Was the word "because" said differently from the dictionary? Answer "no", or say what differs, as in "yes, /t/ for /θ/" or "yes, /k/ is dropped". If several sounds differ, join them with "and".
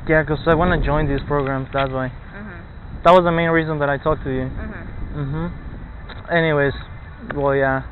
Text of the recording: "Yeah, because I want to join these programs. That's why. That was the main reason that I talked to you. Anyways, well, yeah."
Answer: yes, /z/ is dropped